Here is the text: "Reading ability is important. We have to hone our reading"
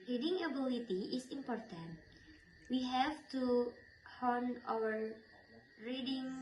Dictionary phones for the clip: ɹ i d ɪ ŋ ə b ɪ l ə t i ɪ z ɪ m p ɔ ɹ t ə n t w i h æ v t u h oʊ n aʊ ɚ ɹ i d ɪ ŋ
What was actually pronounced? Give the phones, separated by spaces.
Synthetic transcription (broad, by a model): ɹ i d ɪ ŋ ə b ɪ l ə t i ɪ s ɪ m p ɔ ɹ t ə n t w i h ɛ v t u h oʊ n aʊ ɚ ɹ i d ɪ ŋ